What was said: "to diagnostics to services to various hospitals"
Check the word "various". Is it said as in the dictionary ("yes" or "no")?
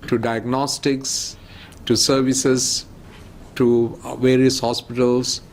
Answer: yes